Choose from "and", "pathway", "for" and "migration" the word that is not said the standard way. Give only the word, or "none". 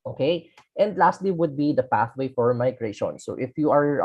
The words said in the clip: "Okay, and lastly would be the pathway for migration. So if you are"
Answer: none